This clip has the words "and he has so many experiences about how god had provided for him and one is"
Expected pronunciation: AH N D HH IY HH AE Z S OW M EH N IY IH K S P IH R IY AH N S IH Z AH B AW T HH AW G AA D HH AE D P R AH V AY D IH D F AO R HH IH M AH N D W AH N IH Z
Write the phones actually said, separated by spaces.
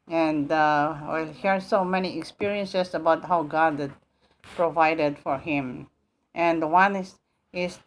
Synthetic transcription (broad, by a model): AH N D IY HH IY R S OW M EH N IY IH K S P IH R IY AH N S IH S AH B AW T HH AW G AA D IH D P R AH V AY D IH D F AO R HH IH M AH N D W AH N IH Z